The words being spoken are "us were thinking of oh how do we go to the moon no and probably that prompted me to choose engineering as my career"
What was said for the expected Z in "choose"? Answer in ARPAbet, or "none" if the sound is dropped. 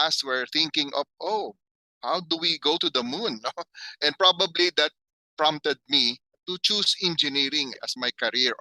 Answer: S